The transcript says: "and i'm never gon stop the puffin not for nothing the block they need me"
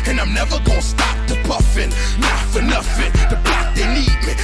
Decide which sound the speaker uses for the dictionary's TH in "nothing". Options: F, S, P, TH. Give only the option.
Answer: F